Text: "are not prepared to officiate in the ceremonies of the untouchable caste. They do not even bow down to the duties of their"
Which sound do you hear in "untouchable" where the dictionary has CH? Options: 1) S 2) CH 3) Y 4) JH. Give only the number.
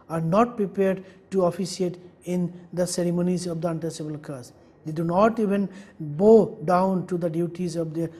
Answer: 1